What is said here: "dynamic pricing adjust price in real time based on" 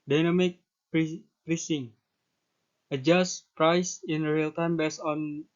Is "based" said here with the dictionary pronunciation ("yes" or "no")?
no